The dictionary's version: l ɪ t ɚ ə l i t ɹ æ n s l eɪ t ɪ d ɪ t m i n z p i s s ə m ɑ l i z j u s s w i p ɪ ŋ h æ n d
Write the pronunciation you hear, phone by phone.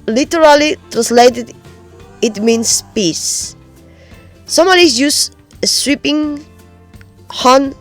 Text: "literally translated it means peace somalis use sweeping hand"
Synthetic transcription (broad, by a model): l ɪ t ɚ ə l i t ɹ æ n s l eɪ t ɪ d ɪ t m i n s p i s s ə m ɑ n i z j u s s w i p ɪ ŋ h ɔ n